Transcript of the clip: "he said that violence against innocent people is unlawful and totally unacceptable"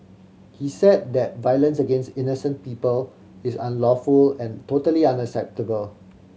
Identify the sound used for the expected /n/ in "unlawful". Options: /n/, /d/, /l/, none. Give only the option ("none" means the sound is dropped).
/n/